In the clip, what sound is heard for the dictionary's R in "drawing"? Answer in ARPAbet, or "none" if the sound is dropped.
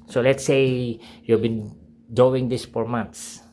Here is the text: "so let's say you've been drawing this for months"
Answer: none